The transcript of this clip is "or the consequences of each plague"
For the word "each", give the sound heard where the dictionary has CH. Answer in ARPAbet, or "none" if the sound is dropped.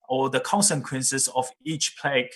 CH